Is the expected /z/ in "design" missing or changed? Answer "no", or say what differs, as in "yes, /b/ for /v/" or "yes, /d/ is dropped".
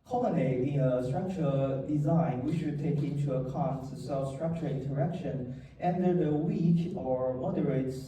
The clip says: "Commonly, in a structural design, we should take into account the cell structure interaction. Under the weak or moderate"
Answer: no